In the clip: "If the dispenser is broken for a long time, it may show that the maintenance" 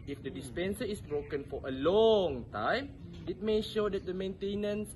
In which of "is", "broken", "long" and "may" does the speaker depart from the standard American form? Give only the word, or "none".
is